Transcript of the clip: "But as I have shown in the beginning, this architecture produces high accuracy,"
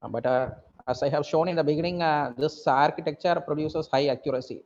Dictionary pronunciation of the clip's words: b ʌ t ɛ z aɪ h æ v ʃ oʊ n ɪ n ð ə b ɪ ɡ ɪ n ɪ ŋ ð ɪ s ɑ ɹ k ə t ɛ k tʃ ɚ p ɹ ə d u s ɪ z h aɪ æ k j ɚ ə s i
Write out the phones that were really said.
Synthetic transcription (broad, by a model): b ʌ t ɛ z aɪ h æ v ʃ oʊ n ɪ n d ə b ɪ ɡ ɪ n ɪ ŋ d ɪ s ɑ ɹ k ə t ɛ k tʃ ɚ p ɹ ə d u s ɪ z h aɪ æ k j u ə s i